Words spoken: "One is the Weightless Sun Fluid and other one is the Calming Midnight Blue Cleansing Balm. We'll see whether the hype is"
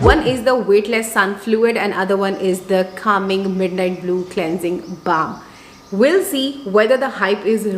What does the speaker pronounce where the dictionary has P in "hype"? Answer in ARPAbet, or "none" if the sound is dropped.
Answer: P